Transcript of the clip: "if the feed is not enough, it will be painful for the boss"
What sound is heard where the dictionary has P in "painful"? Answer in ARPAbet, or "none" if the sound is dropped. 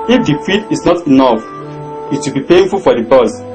P